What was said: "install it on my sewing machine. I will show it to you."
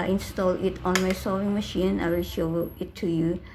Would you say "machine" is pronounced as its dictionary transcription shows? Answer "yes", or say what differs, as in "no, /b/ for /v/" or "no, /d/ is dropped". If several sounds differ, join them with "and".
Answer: yes